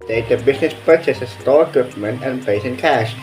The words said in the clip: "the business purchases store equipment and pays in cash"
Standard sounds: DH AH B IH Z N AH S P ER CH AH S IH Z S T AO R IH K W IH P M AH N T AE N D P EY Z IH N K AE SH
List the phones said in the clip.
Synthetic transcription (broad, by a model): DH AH B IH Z N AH S P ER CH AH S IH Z S T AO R IH K W IH P M AH N T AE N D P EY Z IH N K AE SH